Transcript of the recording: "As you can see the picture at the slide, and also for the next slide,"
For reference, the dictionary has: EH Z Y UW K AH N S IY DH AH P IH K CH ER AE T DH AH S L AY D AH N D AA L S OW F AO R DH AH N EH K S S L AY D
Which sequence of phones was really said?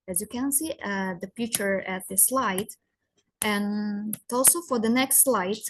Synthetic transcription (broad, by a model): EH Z Y UW K AH N S IY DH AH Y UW CH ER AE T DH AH S L AY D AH N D AA L S OW F AO R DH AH N EH K S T L AY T